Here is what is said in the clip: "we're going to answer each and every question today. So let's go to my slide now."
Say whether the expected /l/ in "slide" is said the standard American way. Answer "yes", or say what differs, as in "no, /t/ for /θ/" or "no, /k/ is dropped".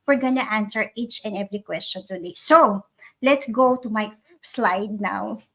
yes